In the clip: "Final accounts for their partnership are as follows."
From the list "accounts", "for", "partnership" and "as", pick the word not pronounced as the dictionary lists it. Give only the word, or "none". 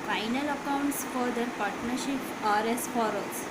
as